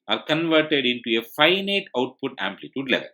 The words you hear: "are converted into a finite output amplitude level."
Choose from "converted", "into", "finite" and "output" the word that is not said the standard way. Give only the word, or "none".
none